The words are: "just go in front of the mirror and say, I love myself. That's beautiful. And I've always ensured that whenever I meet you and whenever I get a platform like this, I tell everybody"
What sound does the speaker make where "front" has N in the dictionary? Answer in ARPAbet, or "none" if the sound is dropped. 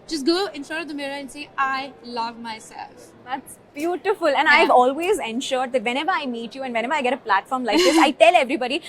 none